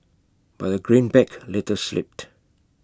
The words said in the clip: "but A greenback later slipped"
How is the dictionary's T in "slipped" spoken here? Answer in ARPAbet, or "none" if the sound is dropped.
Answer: T